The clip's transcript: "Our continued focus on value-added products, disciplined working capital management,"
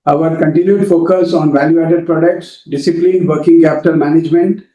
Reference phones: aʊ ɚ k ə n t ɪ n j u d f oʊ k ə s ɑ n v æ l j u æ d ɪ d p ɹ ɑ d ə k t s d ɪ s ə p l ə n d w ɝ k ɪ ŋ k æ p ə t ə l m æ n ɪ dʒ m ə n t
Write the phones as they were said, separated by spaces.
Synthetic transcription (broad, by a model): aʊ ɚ k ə n t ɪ n j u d f oʊ k ə s ɑ n v æ l j u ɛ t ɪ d p ɹ ɑ d ə k t s d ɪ s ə p l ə n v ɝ k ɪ ŋ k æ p t ə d m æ n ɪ dʒ m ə n t